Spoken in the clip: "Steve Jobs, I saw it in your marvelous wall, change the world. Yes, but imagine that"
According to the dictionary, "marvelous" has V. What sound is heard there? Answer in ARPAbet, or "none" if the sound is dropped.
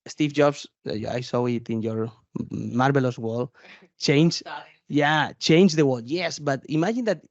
B